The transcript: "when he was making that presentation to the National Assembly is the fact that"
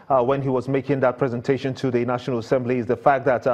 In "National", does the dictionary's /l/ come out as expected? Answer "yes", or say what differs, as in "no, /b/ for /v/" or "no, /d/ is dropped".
yes